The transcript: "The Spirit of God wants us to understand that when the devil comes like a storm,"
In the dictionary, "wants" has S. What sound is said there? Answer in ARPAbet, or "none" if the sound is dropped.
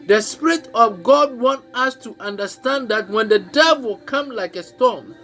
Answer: none